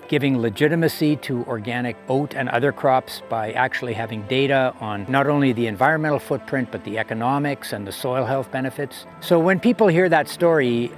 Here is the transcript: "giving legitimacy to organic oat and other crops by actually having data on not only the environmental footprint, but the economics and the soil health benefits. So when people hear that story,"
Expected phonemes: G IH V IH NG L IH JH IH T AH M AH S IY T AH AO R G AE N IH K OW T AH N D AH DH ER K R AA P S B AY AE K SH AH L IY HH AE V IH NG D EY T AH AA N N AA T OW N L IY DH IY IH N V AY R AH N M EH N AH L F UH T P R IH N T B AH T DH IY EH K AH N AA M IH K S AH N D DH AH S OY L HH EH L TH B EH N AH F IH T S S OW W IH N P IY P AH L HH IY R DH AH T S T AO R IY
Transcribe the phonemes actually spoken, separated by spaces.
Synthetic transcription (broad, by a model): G IH V IH NG L IH JH IH T AH M AH S IY T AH AO R G AE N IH K OW T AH N AH DH ER K R AA P S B AY AE K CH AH L IY HH AE V IH NG D EY T AH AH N N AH T OW N L IY DH IY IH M V AY R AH N M EH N L F UH T P R IH N T B AH T DH IY EH K AH N AA M IH K S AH N DH AH S OY L HH EH L TH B EH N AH F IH T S S OW W IH N P IY P L HH IY R DH AH T S T AO R IY